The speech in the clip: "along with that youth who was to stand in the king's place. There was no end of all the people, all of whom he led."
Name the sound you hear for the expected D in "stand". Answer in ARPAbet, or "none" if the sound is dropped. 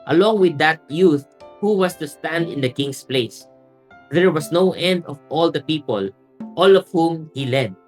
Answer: D